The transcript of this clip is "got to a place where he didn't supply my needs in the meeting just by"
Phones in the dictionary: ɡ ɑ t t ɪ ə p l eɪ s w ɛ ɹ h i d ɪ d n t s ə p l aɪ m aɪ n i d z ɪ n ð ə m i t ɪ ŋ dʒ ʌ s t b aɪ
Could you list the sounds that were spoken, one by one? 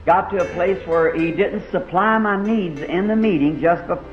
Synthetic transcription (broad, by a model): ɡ ɑ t t ɪ ə p l eɪ s w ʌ ɹ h i d ɪ d n t s ə p l aɪ m aɪ n i d z ɪ n ð ə m i t ɪ ŋ dʒ ʌ s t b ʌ